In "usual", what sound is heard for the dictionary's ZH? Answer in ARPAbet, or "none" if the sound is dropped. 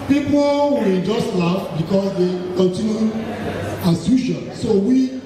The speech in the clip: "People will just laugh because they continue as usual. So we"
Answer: SH